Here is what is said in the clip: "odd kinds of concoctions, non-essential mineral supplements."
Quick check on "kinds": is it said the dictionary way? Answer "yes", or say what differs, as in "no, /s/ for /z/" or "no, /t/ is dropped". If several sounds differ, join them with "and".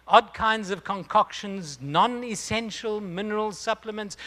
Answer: yes